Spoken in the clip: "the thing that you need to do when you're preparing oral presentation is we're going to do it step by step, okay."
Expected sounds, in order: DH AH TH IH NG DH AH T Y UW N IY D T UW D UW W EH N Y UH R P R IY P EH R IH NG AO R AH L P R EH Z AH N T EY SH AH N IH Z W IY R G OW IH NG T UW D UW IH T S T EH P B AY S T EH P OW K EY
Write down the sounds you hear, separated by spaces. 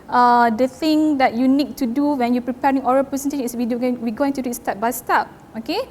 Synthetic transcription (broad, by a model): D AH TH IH NG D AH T Y UW N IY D T UW D UW W EH N Y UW P R IY P EH R IH NG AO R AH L P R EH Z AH N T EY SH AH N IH S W IY W G OW IH NG T UW D UW IH T S T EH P B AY S T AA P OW K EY